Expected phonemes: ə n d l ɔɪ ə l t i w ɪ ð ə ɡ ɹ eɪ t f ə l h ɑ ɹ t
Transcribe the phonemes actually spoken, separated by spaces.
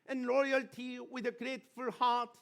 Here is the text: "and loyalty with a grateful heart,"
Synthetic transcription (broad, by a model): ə n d l ɔɪ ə l t i w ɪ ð ə ɡ ɹ eɪ t f ə l h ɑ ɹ t